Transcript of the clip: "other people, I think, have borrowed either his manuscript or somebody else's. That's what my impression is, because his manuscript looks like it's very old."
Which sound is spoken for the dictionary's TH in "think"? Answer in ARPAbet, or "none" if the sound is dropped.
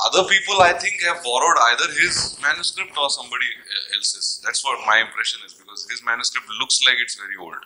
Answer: T